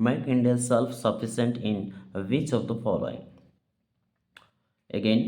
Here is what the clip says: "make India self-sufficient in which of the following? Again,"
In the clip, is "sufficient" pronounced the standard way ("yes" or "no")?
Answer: no